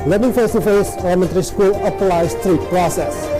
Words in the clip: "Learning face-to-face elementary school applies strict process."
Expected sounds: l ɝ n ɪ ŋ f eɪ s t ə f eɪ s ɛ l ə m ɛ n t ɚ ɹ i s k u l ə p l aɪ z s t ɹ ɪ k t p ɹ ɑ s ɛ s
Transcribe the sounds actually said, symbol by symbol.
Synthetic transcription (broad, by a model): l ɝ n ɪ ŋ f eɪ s t ə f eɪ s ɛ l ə m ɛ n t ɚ ɹ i s k u l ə p l aɪ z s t ɹ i t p ɹ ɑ s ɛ s